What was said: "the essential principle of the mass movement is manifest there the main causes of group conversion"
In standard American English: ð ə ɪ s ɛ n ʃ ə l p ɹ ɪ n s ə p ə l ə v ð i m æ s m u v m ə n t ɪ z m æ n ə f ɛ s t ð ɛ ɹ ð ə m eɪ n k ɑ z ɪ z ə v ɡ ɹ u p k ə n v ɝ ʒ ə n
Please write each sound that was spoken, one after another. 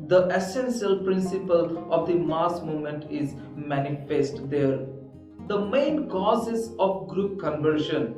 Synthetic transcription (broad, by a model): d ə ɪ s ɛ n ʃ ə l p ɹ ɪ n s ə p ə l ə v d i m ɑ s m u m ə n t ɪ z m æ n ə f ɛ s t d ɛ ɹ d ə m eɪ n k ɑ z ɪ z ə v ɡ ɹ u p k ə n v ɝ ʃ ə n